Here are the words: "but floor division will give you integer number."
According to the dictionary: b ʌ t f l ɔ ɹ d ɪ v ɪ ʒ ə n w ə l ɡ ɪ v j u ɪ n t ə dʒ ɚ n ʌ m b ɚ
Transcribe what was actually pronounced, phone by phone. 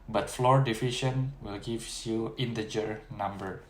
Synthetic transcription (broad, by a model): b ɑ t f l ɔ ɹ d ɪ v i ʃ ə n w ə l ɡ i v j u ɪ n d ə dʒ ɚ n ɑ m b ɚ